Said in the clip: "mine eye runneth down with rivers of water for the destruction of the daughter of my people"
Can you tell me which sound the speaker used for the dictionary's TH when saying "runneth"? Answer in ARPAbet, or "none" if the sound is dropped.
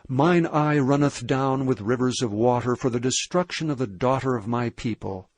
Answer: TH